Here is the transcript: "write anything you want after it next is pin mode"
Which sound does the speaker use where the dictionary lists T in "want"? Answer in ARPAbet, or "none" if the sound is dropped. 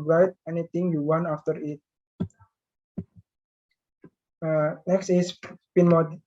none